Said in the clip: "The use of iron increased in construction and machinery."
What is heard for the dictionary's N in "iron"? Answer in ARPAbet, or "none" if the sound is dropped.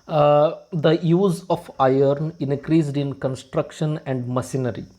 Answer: N